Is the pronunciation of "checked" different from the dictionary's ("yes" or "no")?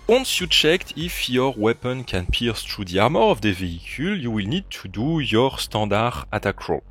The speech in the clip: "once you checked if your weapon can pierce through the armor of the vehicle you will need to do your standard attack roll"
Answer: no